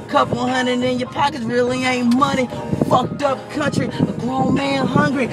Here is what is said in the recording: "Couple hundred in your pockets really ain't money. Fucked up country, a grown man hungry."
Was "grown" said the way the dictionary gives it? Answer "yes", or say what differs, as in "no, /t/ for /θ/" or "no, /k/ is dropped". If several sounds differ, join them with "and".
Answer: no, /l/ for /n/